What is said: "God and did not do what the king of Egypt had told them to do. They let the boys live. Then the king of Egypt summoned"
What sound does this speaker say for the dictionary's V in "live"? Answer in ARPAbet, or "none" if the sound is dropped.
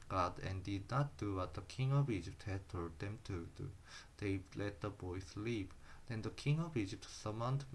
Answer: P